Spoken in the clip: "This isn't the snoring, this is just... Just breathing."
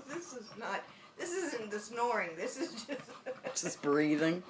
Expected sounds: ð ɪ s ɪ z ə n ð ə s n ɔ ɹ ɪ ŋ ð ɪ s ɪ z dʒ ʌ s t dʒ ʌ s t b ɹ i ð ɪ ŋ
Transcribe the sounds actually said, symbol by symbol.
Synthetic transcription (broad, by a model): ð ɪ s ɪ z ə n ð ə s n ɔ ɹ ɪ ŋ ð ɪ s ɪ z dʒ ʌ s t ʒ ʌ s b ɹ i ð ɪ ŋ